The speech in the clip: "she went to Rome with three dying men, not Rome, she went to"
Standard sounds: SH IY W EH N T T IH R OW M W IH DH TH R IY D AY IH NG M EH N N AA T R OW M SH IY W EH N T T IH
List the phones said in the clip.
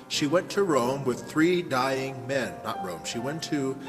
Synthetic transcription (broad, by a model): SH IY W EH N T T IH R OW M W IH DH TH R IY D AY IH NG M EH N N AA T R OW M SH IY W EH N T T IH